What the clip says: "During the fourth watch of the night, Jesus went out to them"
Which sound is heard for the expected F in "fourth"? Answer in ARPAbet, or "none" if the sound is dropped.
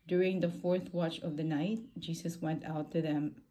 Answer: F